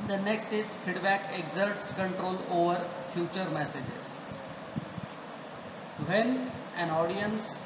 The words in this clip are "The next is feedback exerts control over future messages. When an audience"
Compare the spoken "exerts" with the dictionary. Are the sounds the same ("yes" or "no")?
yes